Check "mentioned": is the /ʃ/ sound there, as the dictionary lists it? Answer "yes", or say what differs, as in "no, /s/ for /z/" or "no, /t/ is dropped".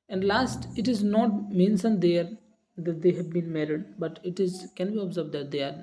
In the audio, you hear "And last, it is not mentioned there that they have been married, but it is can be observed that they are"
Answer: no, /s/ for /ʃ/